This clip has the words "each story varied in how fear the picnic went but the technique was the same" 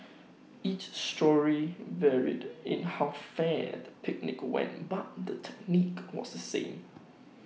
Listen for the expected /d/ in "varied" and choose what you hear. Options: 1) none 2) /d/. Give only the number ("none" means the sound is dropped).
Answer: 2